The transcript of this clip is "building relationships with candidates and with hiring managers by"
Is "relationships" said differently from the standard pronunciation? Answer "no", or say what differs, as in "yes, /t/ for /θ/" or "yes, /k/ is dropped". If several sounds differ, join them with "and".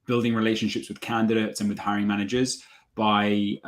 no